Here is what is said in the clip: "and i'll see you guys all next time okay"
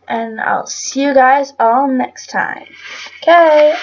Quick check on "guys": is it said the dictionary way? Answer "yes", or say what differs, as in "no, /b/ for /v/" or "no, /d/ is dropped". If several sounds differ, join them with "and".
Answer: yes